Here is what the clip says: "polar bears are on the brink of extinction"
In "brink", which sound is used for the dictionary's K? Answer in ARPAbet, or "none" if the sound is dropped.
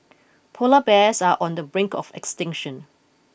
K